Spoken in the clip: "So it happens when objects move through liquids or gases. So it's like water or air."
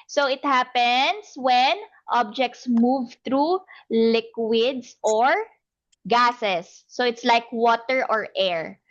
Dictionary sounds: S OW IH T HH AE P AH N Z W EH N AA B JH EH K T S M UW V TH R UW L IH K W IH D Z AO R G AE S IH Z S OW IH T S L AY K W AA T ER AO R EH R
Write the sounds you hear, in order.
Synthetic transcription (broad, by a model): S OW IH T HH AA P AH N S W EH N AA B JH EH K T S M UW V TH R UW L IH K W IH D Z AO R G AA S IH S OW IH T S L AY K W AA T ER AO R EH R